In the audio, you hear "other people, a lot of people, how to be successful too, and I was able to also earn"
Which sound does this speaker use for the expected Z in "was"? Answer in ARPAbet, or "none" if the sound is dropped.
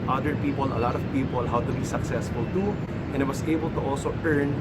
S